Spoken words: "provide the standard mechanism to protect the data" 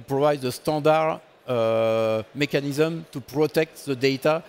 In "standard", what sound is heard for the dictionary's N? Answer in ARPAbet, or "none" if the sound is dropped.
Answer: none